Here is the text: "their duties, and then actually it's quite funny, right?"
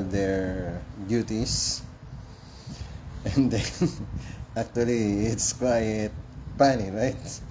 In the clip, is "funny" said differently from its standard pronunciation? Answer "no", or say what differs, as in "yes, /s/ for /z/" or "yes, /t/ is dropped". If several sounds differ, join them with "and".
yes, /p/ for /f/